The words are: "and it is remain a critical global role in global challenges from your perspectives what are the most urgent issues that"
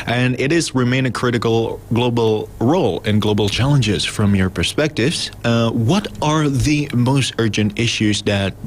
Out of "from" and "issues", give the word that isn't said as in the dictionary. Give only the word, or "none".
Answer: none